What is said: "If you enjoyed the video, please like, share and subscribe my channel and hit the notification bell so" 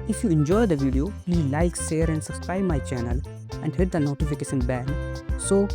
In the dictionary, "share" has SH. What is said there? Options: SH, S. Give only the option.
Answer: S